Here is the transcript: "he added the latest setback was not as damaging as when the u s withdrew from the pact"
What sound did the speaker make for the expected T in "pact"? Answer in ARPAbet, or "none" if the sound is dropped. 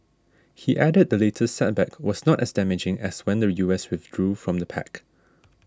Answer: none